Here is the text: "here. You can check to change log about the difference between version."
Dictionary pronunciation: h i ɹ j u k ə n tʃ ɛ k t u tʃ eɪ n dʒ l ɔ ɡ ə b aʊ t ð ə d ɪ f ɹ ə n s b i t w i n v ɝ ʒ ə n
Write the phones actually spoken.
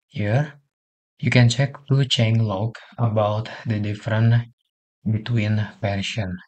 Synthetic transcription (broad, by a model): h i ɹ j u k ə n tʃ ɛ k t u tʃ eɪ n l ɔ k ə b aʊ t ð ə d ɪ f ɹ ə n b i t w i n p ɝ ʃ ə n